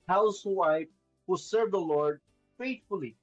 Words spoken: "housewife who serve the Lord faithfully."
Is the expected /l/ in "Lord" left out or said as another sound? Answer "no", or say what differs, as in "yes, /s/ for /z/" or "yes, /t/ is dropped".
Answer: no